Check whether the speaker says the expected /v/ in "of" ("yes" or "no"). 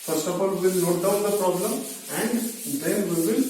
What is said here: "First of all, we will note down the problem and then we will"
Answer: no